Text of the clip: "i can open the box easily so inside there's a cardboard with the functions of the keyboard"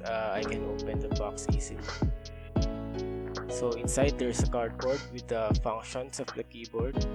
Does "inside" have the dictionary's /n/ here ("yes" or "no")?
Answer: yes